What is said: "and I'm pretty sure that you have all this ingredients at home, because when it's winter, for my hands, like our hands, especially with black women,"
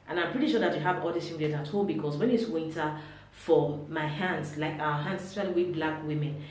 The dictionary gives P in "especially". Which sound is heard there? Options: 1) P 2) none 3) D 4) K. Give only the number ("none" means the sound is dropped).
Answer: 2